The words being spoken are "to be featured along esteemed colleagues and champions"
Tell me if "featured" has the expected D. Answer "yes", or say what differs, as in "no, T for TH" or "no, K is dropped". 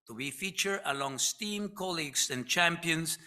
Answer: no, D is dropped